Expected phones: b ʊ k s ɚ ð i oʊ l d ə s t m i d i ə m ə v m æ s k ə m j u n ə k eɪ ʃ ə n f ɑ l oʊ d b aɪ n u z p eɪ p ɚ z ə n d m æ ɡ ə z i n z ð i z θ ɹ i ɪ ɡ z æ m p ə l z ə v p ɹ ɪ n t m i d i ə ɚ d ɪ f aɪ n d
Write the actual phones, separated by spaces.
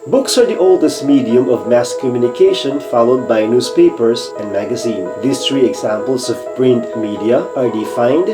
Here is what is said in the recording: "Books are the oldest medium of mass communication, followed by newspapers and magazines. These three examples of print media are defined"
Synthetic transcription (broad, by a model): b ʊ k s ɚ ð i oʊ l d ə s t m i d i ə m ə v m æ s k ə m j u n ə k eɪ ʃ ə n f ɑ l oʊ d b aɪ n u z p eɪ p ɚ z ə n d m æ ɡ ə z i n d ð i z t ɹ i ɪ ɡ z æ m p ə l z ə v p ɹ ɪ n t m i d i ə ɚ d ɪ f aɪ n d